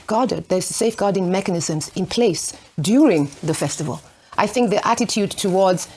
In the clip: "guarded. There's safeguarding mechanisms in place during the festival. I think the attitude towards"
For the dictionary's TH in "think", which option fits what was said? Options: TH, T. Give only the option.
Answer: TH